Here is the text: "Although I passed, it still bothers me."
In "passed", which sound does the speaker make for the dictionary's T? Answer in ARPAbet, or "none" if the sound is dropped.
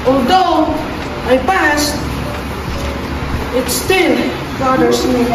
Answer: T